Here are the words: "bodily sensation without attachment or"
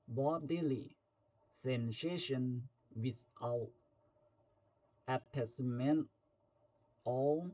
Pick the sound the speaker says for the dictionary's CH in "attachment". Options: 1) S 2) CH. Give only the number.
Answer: 1